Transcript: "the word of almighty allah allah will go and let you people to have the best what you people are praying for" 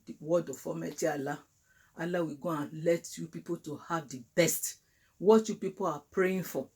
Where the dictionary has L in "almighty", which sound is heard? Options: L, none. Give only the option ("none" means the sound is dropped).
none